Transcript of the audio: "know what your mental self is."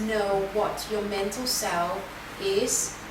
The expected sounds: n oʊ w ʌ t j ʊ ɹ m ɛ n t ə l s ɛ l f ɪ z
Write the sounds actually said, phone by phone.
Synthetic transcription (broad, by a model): n oʊ w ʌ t j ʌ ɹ m ɛ n t ə l s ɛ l ɪ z